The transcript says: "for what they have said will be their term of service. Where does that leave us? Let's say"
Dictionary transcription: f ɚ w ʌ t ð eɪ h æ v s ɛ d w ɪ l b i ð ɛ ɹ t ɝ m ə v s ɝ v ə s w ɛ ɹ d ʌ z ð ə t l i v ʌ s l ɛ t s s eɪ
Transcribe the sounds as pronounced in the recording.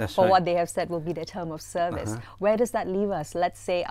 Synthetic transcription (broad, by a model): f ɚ w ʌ t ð eɪ h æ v s ɛ d w ɪ l b i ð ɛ t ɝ m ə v s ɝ v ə s w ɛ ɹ d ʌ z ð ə t l i v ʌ s l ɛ t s s eɪ